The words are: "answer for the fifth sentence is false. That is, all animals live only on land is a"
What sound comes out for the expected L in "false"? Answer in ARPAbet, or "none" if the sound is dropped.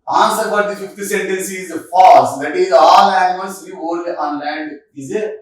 none